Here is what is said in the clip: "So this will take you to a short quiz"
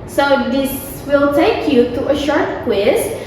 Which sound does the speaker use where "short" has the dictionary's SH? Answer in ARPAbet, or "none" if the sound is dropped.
SH